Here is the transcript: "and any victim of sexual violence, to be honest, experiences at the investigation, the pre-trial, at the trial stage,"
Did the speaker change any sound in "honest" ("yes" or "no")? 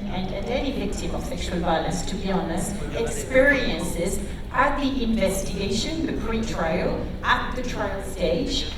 yes